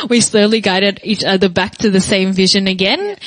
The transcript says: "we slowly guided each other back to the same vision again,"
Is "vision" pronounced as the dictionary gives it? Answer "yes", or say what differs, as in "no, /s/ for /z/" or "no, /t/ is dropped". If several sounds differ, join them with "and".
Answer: yes